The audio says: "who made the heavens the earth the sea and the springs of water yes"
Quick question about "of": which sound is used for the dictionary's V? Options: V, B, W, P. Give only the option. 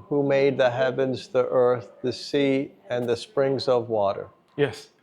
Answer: V